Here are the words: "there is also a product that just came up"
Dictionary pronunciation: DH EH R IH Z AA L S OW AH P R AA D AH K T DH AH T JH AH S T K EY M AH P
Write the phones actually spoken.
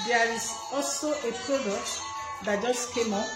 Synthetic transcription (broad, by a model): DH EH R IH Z AA L S OW AH P R AA D AH K T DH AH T JH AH S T K EY M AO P